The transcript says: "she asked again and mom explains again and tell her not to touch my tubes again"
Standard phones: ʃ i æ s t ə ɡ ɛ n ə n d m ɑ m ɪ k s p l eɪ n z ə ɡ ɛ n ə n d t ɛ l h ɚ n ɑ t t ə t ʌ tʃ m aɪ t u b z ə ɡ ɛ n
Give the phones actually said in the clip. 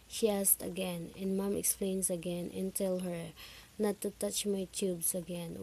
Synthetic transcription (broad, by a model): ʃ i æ s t ə ɡ ɛ n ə n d m ɑ m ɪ k s p l eɪ n s ə ɡ ɛ n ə n t ɛ l h ɚ n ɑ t t ə t ʌ tʃ m aɪ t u b s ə ɡ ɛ n